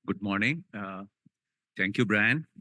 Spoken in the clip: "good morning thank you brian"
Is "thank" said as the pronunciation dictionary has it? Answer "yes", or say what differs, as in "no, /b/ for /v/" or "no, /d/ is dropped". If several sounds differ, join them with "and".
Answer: no, /t/ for /θ/